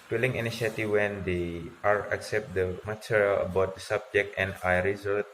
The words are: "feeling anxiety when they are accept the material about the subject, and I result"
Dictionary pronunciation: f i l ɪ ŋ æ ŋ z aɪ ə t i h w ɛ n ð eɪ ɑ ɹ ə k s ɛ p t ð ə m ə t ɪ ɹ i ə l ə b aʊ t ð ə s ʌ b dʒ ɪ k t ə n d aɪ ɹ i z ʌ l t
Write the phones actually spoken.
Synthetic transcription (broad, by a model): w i l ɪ ŋ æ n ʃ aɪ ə t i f w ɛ n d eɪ ɑ ɹ ə k s ɛ p t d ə m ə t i ɹ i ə l ə b aʊ t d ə s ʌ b dʒ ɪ k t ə n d aɪ ɹ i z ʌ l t